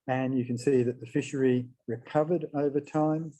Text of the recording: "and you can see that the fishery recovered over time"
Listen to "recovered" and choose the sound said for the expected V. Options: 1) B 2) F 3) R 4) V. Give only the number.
4